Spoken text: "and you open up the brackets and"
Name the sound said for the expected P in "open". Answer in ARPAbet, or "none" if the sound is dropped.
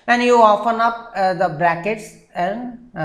F